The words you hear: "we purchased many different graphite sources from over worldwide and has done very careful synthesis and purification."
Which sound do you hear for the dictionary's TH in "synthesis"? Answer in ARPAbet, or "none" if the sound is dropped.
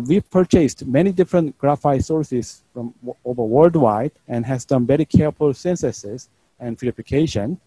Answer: S